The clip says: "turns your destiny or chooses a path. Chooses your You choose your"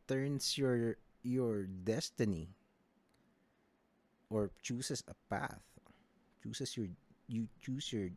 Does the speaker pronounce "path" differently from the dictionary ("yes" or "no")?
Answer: no